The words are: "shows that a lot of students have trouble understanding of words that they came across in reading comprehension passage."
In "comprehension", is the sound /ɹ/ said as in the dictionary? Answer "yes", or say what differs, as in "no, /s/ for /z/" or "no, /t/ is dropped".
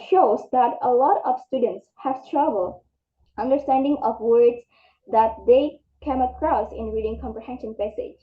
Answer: yes